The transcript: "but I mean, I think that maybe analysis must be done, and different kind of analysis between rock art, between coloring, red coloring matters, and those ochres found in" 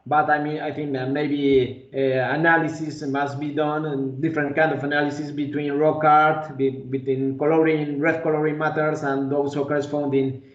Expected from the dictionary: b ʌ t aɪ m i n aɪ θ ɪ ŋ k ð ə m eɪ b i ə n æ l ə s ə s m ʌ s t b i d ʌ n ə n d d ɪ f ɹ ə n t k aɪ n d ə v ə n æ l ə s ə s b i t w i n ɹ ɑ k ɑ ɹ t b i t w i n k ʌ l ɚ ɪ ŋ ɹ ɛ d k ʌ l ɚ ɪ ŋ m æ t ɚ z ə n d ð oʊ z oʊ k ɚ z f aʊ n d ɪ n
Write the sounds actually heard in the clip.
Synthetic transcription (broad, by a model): b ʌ t aɪ m i n aɪ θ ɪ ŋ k m eɪ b i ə n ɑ l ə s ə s m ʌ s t b i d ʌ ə n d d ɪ f ɹ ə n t k aɪ n d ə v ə n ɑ l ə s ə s b i t w i n ɹ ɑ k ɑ ɹ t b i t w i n k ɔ l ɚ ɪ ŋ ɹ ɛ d k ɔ l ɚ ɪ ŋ m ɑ t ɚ s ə n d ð oʊ s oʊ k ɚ s f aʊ n d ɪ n